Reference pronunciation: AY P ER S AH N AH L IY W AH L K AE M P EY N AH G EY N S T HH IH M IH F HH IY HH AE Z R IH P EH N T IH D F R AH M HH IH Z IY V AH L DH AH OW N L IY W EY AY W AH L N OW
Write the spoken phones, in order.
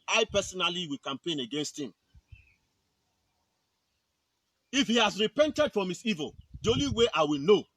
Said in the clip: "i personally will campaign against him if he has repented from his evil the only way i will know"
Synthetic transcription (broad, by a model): AY P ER S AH N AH L IY W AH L K AE M P EY N AH G EY N S T HH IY M IH F HH IY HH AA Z R IH P EH N T IH D F R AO M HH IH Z IY V AH L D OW L IY W EY AY W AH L N OW